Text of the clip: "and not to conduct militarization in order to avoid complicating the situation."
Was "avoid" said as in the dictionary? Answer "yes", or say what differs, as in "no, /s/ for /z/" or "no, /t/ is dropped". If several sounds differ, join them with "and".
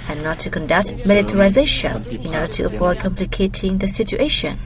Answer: no, /p/ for /v/